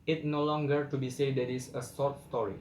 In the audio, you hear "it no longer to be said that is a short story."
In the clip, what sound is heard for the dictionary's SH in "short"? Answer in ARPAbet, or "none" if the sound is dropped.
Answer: S